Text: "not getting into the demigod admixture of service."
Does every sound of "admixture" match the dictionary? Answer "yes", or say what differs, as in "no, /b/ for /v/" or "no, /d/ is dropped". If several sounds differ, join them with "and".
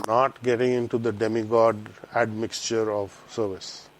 yes